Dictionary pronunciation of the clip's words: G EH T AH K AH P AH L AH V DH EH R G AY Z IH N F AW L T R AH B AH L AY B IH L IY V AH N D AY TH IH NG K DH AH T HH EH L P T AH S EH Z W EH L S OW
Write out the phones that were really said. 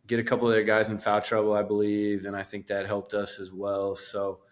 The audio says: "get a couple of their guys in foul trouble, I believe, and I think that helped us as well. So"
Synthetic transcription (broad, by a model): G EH T AH K AH P L AH V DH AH R G AY Z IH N F AW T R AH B L AY B IH L IY V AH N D AY TH IH NG K DH AH T HH EH L P T AH S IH Z W EH L S OW